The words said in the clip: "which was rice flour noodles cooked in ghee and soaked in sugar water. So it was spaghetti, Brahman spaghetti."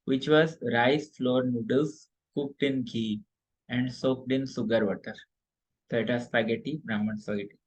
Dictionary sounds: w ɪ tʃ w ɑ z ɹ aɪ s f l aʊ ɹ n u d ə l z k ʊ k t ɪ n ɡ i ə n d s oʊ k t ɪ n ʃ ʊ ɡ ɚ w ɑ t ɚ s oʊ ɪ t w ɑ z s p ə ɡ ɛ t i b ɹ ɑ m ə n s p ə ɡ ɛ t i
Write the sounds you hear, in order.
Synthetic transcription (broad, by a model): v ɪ tʃ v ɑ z ɹ aɪ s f l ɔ ɹ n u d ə l s k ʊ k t ɪ n ɡ i ə n d s oʊ k t ɪ n s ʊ ɡ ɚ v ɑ t ɚ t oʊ ɪ t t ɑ s p ə ɡ ɛ t i b ɹ ɑ m ə n s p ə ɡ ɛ t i